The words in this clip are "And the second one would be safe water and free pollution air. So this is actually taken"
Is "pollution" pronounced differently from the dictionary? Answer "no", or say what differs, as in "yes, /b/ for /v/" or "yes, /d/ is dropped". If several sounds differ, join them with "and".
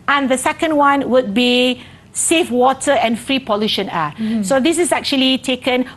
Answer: no